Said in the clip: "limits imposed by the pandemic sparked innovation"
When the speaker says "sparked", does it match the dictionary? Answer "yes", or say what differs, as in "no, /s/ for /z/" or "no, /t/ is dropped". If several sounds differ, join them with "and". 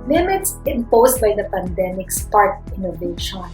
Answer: no, /k/ is dropped